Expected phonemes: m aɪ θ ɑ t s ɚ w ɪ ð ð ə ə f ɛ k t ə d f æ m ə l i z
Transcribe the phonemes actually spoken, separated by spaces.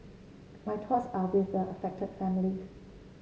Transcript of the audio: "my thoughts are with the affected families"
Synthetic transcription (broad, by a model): m aɪ t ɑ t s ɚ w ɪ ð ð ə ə f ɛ k t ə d f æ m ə l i